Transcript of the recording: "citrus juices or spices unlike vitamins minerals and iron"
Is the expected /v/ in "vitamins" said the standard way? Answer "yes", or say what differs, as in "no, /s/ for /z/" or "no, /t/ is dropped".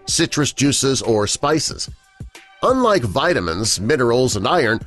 yes